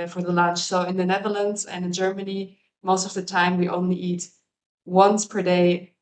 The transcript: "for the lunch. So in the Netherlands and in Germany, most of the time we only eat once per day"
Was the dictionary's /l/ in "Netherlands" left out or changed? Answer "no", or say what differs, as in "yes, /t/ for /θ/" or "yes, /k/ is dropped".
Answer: no